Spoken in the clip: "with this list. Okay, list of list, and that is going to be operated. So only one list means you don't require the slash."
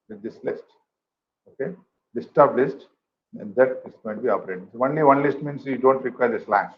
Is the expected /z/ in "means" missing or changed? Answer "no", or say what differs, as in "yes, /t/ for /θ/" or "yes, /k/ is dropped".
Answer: yes, /s/ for /z/